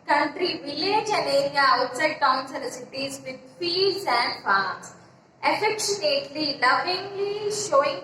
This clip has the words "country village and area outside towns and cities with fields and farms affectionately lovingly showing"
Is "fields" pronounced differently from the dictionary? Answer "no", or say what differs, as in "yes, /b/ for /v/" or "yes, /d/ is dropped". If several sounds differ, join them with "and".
yes, /l/ is dropped